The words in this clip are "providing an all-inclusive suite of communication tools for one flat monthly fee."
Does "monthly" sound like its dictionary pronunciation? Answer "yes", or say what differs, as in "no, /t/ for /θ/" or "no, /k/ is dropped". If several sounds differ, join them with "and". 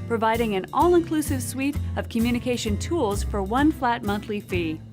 yes